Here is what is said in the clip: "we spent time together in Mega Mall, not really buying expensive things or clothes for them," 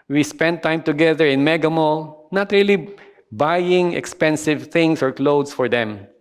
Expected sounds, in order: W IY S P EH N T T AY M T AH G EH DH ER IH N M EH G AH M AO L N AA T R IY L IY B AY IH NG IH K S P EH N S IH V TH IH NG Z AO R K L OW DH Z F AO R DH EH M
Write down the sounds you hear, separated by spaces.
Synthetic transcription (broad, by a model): W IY S P EH N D T AY M T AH G EH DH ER IH N M EH G AH M AO L N AA T R IY L IY B AY IH NG IH K S P EH N S IH V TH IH NG S AO R K L OW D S F AO R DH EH M